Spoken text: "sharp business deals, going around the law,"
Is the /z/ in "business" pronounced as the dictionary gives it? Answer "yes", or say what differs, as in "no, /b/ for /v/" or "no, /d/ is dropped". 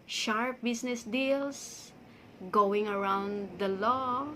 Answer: no, /s/ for /z/